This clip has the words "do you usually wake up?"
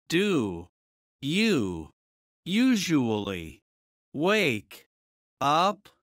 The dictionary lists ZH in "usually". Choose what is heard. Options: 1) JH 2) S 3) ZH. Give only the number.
3